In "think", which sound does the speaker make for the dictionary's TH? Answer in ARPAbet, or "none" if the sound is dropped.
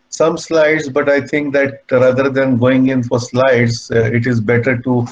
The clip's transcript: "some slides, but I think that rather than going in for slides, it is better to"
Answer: T